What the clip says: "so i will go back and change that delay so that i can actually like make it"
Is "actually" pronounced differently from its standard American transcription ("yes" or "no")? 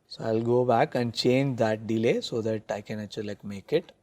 yes